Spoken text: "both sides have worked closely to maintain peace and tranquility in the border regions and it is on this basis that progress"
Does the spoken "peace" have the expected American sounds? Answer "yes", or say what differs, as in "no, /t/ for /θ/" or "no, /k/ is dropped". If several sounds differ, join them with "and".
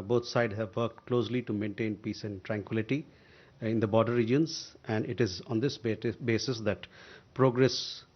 yes